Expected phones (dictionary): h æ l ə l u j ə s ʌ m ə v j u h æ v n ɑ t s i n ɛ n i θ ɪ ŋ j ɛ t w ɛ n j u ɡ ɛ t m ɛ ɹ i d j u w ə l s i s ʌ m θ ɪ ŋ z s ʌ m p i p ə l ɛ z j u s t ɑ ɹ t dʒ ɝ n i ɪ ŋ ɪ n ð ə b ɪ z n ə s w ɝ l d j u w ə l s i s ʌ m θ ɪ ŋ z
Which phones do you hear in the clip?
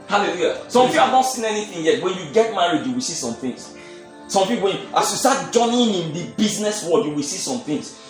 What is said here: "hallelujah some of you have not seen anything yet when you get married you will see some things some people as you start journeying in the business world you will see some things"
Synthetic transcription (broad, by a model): h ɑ l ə l u j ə s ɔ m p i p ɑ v n ɑ t s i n ɛ n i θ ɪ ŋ j ɛ t w ɛ n j u ɡ ɛ t m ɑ ɹ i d j u w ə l s i s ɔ m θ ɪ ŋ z s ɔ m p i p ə n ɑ s j u s t ɑ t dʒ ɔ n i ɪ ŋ ɪ n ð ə b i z n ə s w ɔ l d j u w ə l s i s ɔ m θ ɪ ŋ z